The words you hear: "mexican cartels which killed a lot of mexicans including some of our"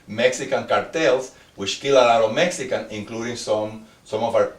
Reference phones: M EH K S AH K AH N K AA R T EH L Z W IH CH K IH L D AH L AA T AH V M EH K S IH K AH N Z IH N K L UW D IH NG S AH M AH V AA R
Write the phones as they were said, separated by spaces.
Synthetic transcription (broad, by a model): M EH K S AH K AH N K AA R T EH L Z W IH CH K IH L AH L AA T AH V M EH K S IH K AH N IH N K L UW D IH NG S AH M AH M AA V